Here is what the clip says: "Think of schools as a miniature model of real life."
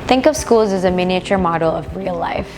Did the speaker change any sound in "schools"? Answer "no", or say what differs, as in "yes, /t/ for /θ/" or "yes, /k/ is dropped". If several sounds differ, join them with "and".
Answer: no